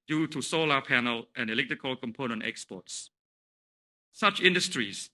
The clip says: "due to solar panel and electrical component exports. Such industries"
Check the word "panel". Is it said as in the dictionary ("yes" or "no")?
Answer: yes